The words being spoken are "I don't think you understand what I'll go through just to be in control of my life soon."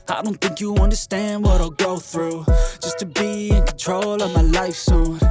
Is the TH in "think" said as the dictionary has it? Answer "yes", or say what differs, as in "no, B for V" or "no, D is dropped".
yes